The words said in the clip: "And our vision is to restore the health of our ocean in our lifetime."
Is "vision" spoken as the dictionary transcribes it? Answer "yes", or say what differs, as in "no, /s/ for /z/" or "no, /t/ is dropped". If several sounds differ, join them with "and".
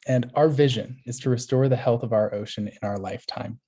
yes